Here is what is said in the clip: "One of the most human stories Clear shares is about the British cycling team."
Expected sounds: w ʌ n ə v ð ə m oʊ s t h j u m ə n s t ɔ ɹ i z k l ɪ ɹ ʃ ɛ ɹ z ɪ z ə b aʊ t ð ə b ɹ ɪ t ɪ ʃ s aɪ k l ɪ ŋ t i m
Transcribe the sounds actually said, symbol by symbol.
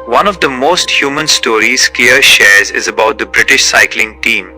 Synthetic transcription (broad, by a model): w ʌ n ə v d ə m oʊ s t h j u m ə n s t ɔ ɹ i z k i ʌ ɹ ʃ ɛ ɹ z ɪ z ə b aʊ t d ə b ɹ ɪ t ɪ ʃ s aɪ k l ɪ ŋ t i m